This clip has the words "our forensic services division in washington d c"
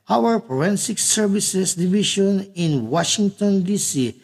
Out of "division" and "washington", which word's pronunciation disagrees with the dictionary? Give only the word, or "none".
division